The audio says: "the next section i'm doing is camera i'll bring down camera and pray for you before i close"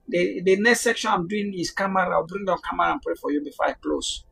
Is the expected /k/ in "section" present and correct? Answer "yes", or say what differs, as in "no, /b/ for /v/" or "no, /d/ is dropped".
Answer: yes